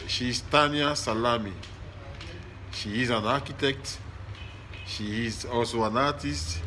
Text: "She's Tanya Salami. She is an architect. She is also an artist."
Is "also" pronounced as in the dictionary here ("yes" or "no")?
no